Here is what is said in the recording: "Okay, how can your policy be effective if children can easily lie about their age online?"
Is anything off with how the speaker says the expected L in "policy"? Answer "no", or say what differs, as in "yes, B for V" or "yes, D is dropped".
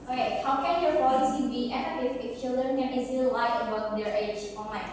yes, L is dropped